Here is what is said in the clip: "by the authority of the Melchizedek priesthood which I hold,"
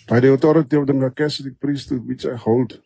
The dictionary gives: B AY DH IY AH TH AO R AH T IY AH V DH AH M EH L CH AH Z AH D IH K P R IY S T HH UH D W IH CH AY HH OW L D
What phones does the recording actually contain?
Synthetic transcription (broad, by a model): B AY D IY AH T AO R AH T IY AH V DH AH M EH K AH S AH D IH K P R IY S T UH W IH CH AY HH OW L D